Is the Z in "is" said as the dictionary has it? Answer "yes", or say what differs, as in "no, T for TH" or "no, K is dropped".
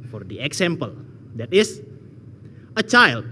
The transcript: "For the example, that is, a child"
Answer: no, S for Z